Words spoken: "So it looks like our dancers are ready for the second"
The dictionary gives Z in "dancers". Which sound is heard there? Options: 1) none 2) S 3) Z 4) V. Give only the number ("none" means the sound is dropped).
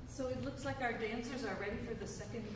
3